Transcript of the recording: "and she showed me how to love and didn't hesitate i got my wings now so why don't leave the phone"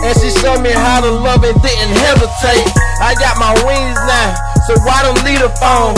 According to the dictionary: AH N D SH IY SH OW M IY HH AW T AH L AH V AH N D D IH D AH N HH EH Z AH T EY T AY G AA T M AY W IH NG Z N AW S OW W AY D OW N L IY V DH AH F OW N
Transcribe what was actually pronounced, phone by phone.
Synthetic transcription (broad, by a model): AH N SH IY S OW M IY HH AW T AH L AH V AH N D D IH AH N HH EH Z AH T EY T AY G AA T M AY W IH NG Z N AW S OW W AY D OW N L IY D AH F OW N